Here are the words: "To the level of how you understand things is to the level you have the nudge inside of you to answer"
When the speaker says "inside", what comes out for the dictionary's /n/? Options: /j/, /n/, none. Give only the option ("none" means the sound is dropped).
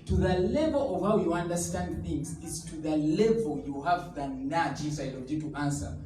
none